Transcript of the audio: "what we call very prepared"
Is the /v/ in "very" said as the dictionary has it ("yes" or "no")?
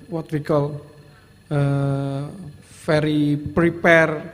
no